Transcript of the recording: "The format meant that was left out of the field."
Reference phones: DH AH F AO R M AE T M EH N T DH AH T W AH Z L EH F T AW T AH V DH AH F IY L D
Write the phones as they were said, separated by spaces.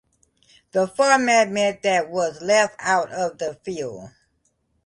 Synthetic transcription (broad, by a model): DH AH F AO R M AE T M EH T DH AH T W AH Z L EH F T AW T AH V DH AH F IY L D